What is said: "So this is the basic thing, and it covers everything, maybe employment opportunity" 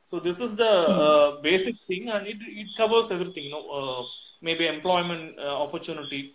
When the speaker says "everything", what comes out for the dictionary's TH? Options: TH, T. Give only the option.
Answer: T